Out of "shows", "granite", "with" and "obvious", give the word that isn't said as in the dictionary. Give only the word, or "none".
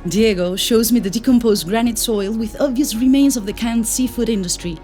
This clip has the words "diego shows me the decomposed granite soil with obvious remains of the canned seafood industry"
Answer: none